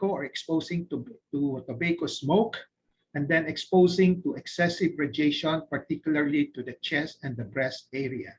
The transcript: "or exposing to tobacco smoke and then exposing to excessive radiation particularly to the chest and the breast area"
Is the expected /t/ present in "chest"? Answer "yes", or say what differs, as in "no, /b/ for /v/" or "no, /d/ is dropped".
no, /t/ is dropped